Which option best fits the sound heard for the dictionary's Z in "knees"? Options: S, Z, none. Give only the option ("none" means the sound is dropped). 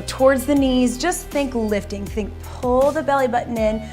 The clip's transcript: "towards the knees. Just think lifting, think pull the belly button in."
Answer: Z